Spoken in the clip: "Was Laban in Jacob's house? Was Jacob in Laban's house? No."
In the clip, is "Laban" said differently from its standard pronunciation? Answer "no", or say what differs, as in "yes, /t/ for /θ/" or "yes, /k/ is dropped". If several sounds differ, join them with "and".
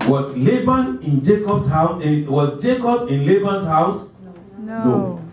no